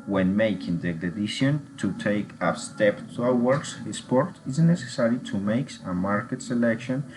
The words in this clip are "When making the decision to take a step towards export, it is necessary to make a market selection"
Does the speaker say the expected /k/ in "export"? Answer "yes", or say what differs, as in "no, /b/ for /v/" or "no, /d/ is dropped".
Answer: no, /k/ is dropped